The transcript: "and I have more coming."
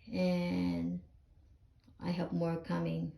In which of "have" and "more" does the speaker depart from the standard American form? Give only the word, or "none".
have